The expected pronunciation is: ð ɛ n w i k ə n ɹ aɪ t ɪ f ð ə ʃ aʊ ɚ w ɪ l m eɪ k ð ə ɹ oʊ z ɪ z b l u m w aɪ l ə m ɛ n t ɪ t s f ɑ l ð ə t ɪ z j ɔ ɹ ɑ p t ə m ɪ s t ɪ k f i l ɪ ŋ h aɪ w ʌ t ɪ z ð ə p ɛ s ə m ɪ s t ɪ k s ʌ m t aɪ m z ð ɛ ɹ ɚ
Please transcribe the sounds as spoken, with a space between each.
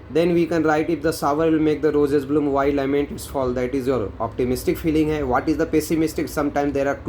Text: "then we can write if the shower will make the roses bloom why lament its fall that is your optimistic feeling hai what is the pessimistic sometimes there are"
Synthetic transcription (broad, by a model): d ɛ n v i k ə n ɹ aɪ t ɪ f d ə s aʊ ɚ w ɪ l m eɪ k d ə ɹ oʊ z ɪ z b l u m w aɪ l ə m ɛ n t ɪ t s f ɑ l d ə t ɪ z j ɔ ɹ ɑ p t ə m ɪ s t ɪ k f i l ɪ ŋ h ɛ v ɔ t ɪ z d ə p ɛ s ə m ɪ s t ɪ k s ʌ m t aɪ m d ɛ ɹ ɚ